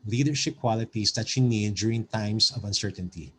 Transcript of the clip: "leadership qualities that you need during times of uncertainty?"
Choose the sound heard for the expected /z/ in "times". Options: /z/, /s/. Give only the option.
/s/